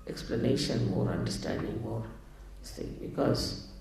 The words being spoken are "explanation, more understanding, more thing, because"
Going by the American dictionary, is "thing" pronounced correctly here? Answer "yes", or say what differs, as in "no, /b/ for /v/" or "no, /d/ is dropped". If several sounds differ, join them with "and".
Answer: no, /s/ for /θ/